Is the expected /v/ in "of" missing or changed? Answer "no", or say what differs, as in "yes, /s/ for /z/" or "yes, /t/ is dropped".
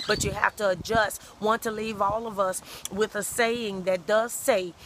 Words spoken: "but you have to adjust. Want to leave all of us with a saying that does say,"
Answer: no